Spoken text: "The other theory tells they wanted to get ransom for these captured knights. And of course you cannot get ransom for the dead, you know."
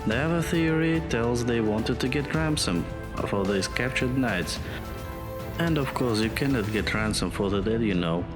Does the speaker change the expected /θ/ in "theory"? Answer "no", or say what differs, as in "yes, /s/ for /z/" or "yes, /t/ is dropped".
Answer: no